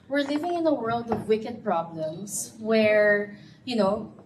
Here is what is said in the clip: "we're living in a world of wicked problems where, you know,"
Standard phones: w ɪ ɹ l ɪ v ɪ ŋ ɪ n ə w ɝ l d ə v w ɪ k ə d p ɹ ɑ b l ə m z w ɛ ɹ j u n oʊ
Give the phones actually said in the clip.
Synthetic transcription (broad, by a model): w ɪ ɹ l ɪ v ɪ ŋ ɪ n ə w ɝ l d ə v w ɪ k ə d p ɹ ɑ b l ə m s w ɛ ɹ j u n oʊ